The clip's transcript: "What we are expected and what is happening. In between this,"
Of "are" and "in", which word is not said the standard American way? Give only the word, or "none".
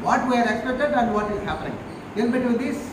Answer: in